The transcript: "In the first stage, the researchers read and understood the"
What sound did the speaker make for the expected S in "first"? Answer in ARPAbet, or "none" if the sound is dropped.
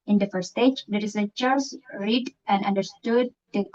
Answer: none